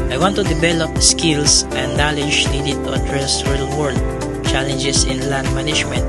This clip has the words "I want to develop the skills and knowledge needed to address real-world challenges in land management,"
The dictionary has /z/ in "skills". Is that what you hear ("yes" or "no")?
no